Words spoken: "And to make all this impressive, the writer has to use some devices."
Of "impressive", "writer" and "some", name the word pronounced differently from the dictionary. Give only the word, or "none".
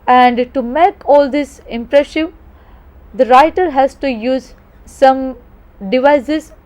impressive